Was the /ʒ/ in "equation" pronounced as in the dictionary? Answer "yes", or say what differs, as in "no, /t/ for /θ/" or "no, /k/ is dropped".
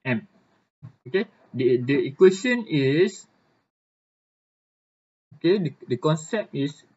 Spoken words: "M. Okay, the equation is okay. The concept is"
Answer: no, /s/ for /ʒ/